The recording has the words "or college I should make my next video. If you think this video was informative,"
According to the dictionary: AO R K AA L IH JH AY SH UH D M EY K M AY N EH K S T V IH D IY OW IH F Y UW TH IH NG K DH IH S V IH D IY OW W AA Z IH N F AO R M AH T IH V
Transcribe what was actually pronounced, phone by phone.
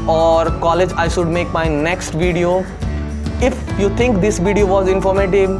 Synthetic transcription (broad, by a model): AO R K AA L IH JH AY SH UH D M EY K M AY N EH K S T V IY D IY OW IH F Y UW T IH NG K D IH S V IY D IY OW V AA Z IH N F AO R M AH T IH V